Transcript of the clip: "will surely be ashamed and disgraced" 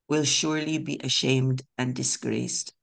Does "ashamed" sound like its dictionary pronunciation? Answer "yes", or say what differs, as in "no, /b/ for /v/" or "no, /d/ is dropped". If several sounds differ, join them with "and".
yes